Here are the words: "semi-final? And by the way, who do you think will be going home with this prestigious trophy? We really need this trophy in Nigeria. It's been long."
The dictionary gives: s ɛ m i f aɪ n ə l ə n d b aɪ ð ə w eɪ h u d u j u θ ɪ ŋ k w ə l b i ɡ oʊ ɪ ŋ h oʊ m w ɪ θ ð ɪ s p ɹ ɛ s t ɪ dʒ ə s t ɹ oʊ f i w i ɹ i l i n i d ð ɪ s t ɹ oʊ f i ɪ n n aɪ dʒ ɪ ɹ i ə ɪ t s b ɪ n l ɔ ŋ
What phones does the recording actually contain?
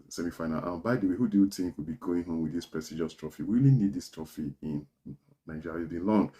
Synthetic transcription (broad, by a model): s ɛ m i f aɪ n ə l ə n b aɪ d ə w eɪ h u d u j u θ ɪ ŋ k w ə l b i ɡ oʊ ɪ ŋ h oʊ m w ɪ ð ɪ s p ɹ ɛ s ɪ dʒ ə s t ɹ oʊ f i w i w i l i n i d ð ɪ s t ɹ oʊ f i ɪ n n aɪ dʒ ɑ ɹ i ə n l ɔ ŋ